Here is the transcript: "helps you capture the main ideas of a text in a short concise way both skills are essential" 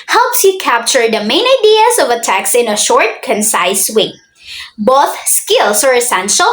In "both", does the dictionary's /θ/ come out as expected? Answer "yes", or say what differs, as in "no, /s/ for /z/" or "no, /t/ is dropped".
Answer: yes